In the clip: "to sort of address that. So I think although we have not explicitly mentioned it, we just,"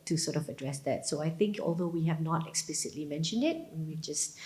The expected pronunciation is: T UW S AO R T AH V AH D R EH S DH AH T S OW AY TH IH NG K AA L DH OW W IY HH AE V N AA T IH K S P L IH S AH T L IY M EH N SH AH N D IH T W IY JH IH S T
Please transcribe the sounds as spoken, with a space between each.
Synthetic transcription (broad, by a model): T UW S AO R T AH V AH D R EH S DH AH T S OW AY TH IH NG K AA L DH OW W IY HH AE V N AA T IH K S P L IH S AH T L IY M EH N SH AH N D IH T W IY JH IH S T